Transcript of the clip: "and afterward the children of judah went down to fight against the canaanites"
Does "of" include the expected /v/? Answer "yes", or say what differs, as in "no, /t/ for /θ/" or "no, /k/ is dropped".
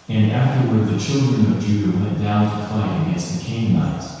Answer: yes